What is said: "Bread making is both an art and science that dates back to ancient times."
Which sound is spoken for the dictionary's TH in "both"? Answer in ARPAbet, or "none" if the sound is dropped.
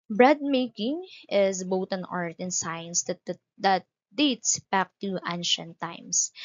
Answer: T